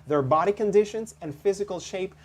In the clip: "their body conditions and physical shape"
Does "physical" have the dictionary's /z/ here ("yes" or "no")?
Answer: yes